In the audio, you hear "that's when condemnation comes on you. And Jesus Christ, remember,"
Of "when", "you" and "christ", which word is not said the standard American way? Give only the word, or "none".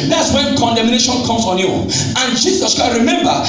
christ